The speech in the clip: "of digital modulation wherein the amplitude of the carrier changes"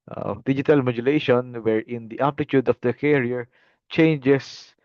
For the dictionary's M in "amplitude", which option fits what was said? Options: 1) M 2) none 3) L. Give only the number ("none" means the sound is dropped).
2